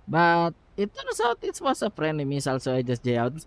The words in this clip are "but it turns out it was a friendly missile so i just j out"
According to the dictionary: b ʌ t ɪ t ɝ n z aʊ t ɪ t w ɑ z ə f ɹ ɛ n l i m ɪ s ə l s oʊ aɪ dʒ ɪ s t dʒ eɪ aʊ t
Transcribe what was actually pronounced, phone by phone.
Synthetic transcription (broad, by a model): b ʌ t ɪ t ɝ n s aʊ t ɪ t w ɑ s ə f ɹ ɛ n i m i s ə l s oʊ aɪ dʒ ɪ s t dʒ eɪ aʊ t